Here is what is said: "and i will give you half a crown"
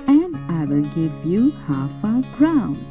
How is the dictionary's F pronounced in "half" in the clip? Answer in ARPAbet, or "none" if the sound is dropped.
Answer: F